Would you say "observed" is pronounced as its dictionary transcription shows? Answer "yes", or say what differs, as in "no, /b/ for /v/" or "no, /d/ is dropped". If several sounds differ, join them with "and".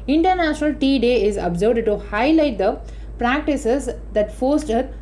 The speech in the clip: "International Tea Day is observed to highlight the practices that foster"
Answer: no, /v/ is dropped